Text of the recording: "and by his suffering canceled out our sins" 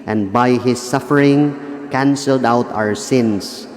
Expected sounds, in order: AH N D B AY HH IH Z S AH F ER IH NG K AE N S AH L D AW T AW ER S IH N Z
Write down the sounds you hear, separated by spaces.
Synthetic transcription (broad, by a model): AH N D B AY HH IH S AH F ER IH NG K AE N S AH L D AW T AW ER S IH N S